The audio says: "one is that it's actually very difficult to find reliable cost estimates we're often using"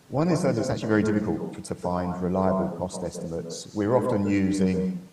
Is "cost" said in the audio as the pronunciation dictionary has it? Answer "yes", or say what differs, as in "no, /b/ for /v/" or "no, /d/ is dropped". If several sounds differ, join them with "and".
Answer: yes